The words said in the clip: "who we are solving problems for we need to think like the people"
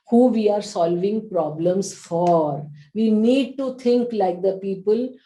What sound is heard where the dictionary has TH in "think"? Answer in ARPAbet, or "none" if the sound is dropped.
T